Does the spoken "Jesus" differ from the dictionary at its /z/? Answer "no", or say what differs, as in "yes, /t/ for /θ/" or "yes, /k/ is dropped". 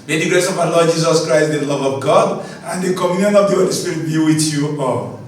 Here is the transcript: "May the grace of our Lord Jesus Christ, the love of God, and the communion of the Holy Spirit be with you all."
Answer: yes, /s/ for /z/